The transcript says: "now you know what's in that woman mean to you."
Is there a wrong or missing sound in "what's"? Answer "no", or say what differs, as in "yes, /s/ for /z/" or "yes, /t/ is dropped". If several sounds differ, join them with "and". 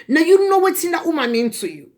yes, /s/ is dropped